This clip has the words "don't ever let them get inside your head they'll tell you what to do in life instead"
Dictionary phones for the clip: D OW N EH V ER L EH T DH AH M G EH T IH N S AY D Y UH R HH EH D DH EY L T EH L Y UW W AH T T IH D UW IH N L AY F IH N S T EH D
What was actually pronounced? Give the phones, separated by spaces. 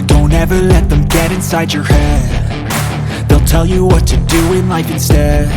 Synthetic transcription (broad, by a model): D OW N EH V ER L EH T DH AH M G EH T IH N S AY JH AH R HH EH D DH EY L T EH L Y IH W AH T T IH D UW IH N L AY F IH N S T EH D